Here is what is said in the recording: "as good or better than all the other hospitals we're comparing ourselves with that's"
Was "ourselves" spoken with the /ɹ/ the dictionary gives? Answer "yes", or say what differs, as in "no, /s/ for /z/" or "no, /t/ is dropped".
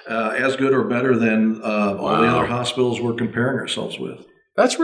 yes